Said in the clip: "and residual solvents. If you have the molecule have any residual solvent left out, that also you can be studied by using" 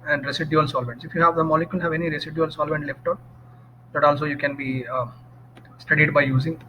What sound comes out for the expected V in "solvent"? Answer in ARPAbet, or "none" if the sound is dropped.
V